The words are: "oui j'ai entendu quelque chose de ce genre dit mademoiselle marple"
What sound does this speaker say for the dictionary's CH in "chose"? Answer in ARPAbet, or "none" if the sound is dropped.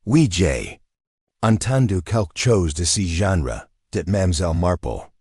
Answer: CH